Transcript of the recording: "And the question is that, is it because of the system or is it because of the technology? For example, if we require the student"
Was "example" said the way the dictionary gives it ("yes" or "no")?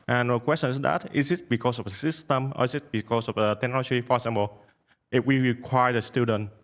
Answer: no